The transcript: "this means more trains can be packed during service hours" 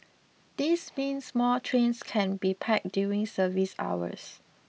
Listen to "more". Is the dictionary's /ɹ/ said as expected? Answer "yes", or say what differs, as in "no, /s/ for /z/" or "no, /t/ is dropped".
no, /l/ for /ɹ/